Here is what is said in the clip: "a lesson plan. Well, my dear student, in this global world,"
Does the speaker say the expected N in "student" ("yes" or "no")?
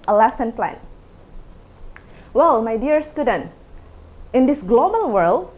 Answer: yes